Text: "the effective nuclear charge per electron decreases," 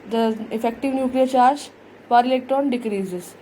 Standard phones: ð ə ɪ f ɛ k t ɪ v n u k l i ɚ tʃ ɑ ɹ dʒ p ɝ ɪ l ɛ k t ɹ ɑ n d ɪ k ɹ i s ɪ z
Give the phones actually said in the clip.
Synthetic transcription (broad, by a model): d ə ɪ f ɛ k t ɪ v n u k l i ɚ tʃ ɑ ɹ dʒ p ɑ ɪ l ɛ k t ɑ n d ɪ k ɹ i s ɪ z